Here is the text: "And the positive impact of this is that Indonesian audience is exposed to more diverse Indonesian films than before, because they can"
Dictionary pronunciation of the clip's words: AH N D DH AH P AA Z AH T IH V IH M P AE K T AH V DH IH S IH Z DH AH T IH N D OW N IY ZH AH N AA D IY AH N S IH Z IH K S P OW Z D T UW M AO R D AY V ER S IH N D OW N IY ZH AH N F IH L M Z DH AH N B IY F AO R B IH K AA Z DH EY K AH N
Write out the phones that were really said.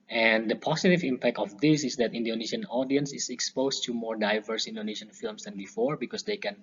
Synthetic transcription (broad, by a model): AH N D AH P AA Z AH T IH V IH M P AE K T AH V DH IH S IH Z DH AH T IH N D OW N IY SH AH N AA D IY AH N S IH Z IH K S P OW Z T UW M AO R D AY V ER S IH N D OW N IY SH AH N F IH L M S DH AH N B IY F AO R B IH K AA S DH EY K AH N